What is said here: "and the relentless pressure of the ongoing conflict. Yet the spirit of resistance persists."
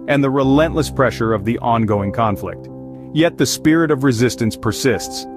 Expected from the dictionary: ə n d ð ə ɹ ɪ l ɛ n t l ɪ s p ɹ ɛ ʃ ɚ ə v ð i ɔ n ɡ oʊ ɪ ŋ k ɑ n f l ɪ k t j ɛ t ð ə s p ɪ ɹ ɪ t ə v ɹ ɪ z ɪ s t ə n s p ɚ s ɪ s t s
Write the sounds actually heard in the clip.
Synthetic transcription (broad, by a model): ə n ð ə ɹ ɪ l ɛ n t l ɪ s p ɹ ɛ ʃ ɚ ə v ð i ɔ n ɡ oʊ ɪ ŋ k ɑ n f l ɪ k t j ɛ t ð ə s p ɪ ɹ ɪ t ə v ɹ ɪ z ɪ s t ə n s p ɚ s ɪ s t s